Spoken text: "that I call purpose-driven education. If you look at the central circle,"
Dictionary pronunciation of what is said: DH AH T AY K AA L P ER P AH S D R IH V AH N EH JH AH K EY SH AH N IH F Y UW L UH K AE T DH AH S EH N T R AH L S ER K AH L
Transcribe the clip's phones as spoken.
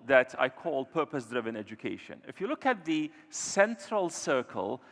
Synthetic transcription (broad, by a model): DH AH T AY K AA L P ER P AH S D R IH V AH N EH JH AH K EY SH AH N IH F Y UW L UH K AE T DH AH S EH N T R AH L S ER K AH L